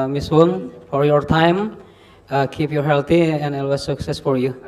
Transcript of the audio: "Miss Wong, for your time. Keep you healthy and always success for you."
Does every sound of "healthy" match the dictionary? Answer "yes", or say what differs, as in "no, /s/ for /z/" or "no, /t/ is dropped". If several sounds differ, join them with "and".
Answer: no, /t/ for /θ/